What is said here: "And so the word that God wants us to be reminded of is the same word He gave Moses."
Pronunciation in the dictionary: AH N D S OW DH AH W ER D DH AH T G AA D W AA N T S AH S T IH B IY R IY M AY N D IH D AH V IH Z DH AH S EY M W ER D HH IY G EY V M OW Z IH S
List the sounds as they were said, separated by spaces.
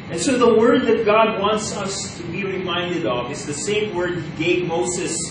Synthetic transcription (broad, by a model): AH N S OW DH AH W ER D DH AH T G AA D W AA N T S AH S T IH B IY R IY M AY N D IH D AH V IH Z DH AH S EY M W ER D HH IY G EY V M OW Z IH S